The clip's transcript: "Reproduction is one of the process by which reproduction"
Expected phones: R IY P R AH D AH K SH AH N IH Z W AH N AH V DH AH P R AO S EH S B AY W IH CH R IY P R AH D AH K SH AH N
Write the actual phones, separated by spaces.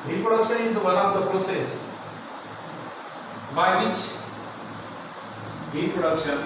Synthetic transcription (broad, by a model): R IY P R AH D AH K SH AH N IH Z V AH L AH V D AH P R AO S EH S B AY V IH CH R IY P R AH D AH K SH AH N